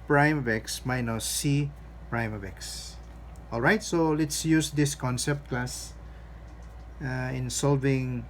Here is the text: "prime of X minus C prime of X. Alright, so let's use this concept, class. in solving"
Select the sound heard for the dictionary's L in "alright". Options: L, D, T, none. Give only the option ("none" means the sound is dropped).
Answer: L